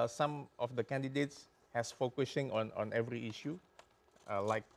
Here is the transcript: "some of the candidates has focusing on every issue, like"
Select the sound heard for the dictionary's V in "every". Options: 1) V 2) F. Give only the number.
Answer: 1